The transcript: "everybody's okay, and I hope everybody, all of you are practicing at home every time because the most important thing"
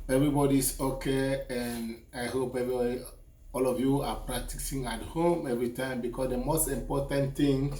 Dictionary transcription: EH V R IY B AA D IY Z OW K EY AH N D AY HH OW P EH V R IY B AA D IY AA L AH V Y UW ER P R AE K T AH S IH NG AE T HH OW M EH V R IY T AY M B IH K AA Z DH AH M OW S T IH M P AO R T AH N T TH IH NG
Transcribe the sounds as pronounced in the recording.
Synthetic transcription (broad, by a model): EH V R IY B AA D IY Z OW K EY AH N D AY HH OW P EH V R IY B AA D IY AA L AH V Y UW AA P R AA K T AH S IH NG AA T HH OW M EH V R IY T AY M B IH K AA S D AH M OW S T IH M P AO T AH N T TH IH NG